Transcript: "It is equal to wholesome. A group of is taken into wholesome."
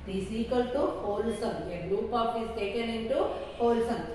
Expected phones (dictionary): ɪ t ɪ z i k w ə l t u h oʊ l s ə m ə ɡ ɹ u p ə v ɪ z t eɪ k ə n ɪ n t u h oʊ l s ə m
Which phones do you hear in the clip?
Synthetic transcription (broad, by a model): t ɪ s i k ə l t u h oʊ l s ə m ə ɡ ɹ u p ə p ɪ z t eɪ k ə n ɪ n t u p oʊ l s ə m